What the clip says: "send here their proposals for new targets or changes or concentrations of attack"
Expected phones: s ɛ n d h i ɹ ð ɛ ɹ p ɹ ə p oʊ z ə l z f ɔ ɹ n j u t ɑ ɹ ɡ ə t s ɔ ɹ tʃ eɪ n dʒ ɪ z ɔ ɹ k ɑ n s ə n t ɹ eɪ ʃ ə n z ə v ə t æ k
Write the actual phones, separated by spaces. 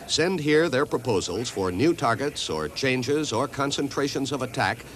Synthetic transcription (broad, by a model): s ɛ n d h i ɹ ð ɛ ɹ p ɹ ə p oʊ z ə l z f ɔ ɹ n j u t ɑ ɹ ɡ ə t s ɔ ɹ tʃ eɪ n dʒ ɪ z ɔ ɹ k ɑ n s ə n t ɹ eɪ ʃ ə n z ə v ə t æ k